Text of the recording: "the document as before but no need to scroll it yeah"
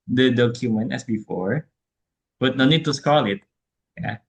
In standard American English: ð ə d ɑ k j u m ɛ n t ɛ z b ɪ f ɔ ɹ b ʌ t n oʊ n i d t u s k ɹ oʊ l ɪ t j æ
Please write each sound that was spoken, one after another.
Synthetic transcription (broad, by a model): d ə d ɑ k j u m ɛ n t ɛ s b ɪ f ɔ ɹ b ʌ t n oʊ n i d t u s k oʊ l ɪ t j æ